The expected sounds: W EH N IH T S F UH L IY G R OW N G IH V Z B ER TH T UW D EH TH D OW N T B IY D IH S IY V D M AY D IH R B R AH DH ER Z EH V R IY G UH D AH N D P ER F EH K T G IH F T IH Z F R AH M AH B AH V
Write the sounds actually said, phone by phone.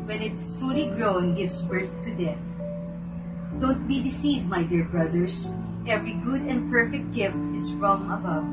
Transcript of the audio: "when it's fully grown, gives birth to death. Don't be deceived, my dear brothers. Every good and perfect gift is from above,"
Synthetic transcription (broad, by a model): W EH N IH T S F UH L IY G R OW N G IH V S B ER TH T UW D EH TH D OW N T B IY D IH S IY V D M AY D IH R B R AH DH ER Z EH V R IY G UH D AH N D P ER F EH K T G IH F T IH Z F R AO M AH B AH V